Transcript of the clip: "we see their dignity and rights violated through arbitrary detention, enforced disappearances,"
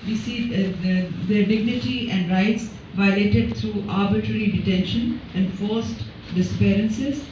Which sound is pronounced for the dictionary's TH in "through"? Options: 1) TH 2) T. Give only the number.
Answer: 2